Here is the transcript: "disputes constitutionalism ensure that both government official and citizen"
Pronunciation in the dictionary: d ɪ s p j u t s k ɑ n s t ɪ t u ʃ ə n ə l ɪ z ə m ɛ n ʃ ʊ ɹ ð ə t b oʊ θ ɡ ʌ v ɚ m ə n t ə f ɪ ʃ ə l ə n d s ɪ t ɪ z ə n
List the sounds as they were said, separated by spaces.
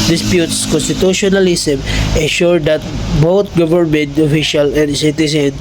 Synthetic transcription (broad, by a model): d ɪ s p j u t s k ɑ n s t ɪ t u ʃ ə n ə l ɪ s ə m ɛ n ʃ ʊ ɹ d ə t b oʊ t ɡ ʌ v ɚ m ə n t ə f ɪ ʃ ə l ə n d s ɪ t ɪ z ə n